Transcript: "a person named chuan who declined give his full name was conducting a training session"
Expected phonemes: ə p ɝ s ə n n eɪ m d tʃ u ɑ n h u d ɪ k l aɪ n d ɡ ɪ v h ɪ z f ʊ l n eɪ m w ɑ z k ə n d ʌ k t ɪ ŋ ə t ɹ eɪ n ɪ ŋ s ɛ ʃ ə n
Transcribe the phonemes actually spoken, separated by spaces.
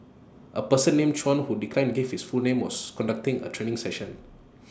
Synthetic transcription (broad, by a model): ə p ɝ s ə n n eɪ m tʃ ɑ n h u d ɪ k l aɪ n ɡ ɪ f h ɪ s f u l n eɪ m w ɑ s k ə n d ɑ k t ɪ ŋ ə t ɹ eɪ n ɪ ŋ s ɛ ʃ ə n